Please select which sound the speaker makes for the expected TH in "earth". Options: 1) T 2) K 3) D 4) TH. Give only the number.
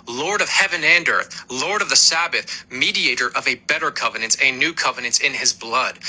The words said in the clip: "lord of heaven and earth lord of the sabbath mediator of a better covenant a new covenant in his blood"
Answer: 4